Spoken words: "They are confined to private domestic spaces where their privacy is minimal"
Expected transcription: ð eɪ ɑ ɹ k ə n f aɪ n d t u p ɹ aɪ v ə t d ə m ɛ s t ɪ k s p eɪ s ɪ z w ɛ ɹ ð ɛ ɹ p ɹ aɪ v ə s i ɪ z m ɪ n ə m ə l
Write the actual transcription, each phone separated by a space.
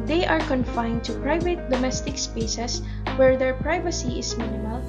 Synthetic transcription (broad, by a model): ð eɪ ɑ ɹ k ə n f aɪ n d t u p ɹ aɪ v ə t d ə m ɛ s t ɪ k s p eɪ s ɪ s w ɛ ɹ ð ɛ ɹ p ɹ aɪ v ə s i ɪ s m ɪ n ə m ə l